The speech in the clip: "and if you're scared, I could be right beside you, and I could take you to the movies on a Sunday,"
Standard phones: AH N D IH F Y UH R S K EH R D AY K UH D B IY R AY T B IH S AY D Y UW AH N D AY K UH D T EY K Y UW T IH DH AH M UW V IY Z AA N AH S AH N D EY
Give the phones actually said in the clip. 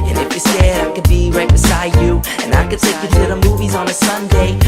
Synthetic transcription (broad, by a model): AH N IH F Y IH S EH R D AY K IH D B IY R AY T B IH S AY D Y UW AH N AY K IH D T EY K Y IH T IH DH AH M UW V IY Z N AH S AH N D EY